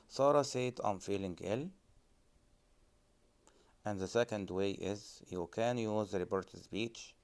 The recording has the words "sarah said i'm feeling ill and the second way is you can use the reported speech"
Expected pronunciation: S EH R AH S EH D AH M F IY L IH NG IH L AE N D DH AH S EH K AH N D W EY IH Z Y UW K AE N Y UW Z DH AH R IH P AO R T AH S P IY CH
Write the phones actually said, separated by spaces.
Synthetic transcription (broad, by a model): S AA R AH S EH D AH M F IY L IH NG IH L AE N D DH AH S EH K AH N D W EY IH Z Y UW K AE N Y UW Z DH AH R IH B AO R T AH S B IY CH